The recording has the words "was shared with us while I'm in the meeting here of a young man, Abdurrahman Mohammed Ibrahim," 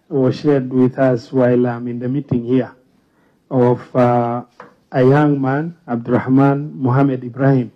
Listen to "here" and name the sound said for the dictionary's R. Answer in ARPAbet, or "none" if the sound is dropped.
W